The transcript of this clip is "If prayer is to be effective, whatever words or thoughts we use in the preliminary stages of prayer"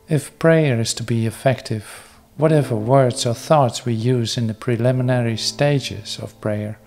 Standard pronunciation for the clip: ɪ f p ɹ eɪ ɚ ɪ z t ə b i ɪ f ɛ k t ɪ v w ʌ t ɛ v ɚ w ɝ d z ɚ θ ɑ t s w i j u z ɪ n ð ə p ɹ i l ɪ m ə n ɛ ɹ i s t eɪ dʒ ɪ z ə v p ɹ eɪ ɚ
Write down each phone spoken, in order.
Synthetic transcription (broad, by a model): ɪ f p ɹ eɪ ɚ ɪ z t ə b i ɪ f ɛ k t ɪ v w ʌ t ɛ v ɚ w ɝ d z ɚ θ ɑ t s w i j u z ɪ n ð ə p ɹ i l ɪ m ə n ɛ ɹ i s t eɪ dʒ ɪ z ə v p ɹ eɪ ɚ